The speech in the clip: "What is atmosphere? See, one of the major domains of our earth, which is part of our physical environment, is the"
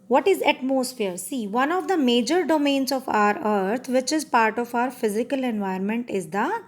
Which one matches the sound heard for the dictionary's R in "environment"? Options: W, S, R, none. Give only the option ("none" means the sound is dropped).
none